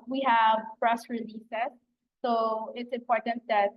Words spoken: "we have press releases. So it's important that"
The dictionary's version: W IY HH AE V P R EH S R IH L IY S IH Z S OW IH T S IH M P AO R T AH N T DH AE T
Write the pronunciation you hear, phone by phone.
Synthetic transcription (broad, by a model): W IY HH AE V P R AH S R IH L IY S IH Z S OW IH T S IH M P AO R T AH N T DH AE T